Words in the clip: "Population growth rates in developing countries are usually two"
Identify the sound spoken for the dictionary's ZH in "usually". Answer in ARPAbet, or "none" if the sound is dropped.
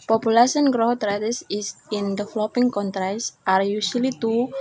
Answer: S